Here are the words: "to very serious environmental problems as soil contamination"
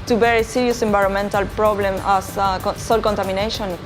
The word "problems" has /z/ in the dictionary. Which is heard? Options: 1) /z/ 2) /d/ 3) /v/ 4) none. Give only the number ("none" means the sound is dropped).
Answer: 4